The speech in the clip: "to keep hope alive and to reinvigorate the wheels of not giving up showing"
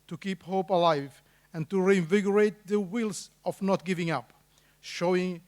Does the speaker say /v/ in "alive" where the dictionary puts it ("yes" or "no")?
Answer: yes